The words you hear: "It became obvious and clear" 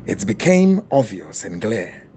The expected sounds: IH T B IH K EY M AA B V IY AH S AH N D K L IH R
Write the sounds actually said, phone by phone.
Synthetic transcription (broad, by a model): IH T B IH K EY M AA V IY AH S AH N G L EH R